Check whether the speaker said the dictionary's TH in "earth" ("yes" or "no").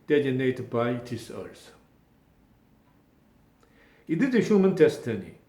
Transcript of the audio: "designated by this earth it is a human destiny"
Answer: no